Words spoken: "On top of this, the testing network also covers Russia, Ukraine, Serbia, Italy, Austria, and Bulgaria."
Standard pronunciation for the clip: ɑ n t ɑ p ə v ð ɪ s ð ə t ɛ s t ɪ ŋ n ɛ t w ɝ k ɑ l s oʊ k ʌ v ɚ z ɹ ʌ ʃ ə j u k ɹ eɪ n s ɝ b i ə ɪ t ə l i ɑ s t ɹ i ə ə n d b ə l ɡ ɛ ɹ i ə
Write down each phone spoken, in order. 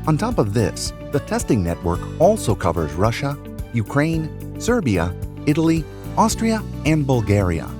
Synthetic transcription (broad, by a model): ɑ n t ɑ p ə v ð ɪ s ð ə t ɛ s t ɪ ŋ n ɛ t w ɝ k ɑ l s oʊ k ʌ v ɚ z ɹ ʌ ʃ ə j u k ɹ eɪ n s ɝ b i ə ɪ t l i ɑ s t ɹ i ə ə n b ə l ɡ ɛ ɹ i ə